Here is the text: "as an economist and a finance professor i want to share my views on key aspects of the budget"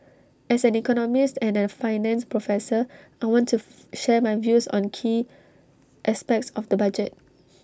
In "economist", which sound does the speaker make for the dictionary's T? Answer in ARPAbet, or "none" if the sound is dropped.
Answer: T